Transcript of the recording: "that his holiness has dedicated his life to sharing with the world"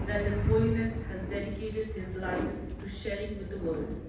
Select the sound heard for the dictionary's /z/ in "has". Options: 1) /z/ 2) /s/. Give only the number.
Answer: 1